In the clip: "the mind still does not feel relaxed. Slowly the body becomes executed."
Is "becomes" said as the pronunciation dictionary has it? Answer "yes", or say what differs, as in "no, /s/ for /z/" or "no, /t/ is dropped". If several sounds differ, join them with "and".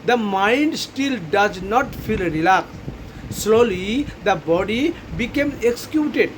no, /z/ is dropped